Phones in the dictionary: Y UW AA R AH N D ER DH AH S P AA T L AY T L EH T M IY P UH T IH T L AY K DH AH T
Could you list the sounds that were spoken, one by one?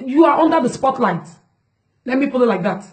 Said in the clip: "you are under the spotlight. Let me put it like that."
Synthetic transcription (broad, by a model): Y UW AA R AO N D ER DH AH S P AA T L AY T L EH T M IY P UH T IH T L AY K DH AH T